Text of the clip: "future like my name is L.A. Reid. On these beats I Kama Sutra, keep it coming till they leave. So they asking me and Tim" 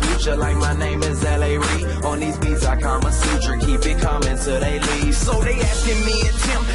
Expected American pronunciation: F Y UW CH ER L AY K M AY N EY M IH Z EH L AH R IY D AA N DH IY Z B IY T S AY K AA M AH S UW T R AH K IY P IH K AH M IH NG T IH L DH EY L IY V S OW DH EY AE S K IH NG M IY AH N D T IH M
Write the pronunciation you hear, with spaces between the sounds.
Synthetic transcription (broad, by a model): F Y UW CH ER L AY K M AY N EY M IH Z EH L AH R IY AA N DH IY Z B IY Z AY K AA M AH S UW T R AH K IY B IH K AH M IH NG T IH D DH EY L IY V S OW DH EY AE S K IH NG M IY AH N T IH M